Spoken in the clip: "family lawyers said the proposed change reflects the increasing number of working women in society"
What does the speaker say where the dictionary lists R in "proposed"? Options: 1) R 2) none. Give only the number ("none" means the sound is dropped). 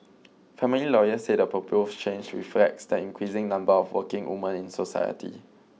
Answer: 2